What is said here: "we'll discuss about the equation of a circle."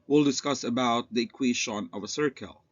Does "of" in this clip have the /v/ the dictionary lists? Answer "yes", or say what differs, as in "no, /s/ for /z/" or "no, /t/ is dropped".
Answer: yes